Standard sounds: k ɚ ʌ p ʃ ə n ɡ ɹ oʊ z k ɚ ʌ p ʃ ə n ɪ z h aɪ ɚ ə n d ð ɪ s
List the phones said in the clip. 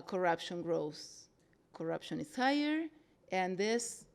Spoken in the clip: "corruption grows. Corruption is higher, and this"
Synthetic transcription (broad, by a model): k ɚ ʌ p ʃ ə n ɡ ɹ oʊ s k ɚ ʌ p ʃ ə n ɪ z h aɪ ɚ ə n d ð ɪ s